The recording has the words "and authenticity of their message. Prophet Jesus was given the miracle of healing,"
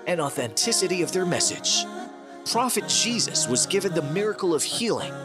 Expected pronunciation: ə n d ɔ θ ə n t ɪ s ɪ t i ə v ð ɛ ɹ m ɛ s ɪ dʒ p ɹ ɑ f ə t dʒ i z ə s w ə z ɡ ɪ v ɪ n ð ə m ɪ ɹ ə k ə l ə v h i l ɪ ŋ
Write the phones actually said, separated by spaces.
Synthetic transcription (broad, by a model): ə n ɔ θ ə n t ɪ s ɪ t i ə v ð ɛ ɹ m ɛ s ɪ dʒ p ɹ ɑ f ə t dʒ i z ə s w ə z ɡ ɪ v ɪ n ð ə m ɪ ɹ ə k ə l ə v h i l ɪ ŋ